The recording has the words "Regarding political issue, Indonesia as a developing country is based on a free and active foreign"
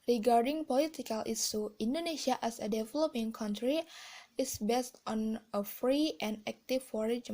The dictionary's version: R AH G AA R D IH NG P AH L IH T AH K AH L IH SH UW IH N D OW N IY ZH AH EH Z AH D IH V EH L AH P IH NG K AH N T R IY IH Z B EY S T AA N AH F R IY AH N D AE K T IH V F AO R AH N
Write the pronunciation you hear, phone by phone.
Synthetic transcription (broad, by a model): R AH G AA R D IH NG P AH L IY T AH K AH L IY S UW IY N D OW N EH S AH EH S AH D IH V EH L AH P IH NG K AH N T R IY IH S B EY S T AA N AH F R IY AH N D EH K T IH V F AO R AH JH